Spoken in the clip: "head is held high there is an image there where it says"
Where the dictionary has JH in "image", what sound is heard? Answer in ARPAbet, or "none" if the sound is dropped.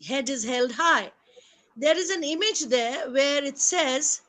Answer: JH